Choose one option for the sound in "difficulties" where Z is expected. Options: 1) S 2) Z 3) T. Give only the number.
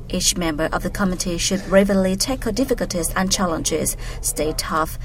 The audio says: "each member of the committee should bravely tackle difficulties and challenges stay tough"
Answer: 2